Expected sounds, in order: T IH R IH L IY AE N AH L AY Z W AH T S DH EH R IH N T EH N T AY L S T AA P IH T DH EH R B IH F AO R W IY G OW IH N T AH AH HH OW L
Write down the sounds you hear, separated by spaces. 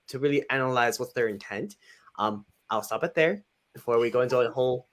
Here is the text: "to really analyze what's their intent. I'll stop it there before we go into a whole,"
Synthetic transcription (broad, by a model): T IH R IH L IY AE N AH L AY Z W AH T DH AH R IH N T EH N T AY L S T AA P IH T DH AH R B IH F AO R W IY G OW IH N T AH AH HH OW L